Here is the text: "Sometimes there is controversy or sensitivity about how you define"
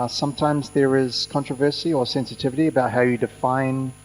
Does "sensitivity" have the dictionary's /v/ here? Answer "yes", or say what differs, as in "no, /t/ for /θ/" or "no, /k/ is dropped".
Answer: yes